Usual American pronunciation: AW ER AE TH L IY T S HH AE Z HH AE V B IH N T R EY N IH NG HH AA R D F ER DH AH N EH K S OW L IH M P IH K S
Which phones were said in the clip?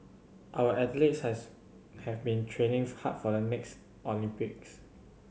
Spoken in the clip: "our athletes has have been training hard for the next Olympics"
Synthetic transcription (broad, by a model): AW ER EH T L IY T S HH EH HH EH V B IH N T R EY N IH NG HH AA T F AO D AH N EH K S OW L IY M P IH K S